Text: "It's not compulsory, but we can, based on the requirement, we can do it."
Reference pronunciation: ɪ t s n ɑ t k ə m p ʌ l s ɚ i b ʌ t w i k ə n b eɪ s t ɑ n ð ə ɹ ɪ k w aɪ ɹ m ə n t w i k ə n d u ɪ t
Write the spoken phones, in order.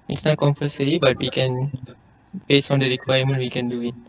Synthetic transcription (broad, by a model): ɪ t s n ɑ t k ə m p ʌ s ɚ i b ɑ t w i k ə n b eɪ s ɑ n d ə ɹ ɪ k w aɪ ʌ m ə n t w i k ə n d u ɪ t